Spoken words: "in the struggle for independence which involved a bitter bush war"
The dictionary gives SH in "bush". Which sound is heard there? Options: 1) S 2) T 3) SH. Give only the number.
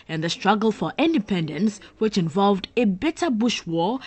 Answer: 3